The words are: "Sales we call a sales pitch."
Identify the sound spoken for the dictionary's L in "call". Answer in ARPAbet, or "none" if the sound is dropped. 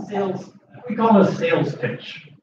N